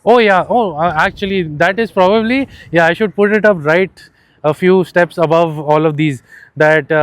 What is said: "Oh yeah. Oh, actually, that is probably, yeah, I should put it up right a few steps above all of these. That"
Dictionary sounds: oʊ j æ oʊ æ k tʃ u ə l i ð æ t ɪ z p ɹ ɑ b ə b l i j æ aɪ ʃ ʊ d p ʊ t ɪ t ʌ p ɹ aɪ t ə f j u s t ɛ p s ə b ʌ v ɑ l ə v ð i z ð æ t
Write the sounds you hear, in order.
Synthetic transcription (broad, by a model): oʊ j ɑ oʊ æ k tʃ u ə l i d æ t ɪ z p ɹ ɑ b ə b l i j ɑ aɪ ʃ ʊ d p ʊ t ɪ t ʌ p ɹ aɪ t ə f j u s t ɛ p s ə b ʌ v ɑ l ə v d i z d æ t